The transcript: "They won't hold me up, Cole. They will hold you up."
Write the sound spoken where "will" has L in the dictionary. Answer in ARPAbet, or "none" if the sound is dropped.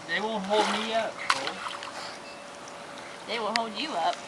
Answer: L